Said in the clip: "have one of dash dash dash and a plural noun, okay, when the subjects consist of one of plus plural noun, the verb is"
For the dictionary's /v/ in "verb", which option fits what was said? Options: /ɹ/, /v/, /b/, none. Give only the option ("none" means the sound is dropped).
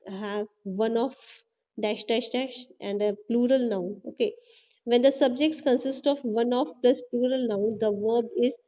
/v/